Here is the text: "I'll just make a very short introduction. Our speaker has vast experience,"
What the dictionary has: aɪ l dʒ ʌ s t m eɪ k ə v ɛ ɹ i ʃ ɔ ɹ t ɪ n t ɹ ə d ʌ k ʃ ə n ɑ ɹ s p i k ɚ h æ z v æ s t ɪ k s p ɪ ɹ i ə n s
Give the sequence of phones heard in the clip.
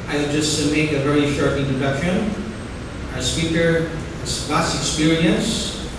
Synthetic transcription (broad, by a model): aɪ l dʒ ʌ s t m eɪ k ə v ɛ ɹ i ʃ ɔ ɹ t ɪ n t ə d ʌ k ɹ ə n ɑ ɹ s p i k ɚ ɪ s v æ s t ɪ k s p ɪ ɹ i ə n s